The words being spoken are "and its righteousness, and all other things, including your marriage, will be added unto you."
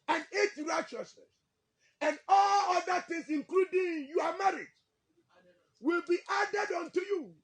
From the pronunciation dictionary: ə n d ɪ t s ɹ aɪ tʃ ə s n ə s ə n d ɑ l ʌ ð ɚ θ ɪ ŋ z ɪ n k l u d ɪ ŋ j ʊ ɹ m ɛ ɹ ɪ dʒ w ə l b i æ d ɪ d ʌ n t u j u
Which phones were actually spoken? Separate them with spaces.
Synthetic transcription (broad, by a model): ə n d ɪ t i ɹ aɪ tʃ ə s n ə s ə n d ɑ l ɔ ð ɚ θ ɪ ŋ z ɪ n k l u d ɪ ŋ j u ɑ m ɛ ɹ ɪ dʒ w ə l b i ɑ d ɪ d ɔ n t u j u